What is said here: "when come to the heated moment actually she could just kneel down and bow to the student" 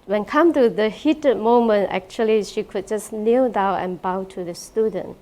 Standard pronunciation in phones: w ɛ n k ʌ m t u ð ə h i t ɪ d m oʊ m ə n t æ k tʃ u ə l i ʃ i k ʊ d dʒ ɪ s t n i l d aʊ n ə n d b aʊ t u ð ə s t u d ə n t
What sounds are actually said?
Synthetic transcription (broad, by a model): w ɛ n k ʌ m t u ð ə h i t ɪ d m oʊ m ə n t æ k tʃ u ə l i ʃ i k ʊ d dʒ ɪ s n i l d aʊ ə n b aʊ t u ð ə s t u d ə n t